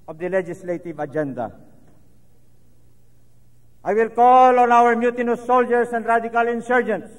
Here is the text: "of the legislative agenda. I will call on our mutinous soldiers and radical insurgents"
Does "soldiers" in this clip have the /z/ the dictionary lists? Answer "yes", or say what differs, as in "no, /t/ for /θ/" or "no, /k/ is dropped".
no, /s/ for /z/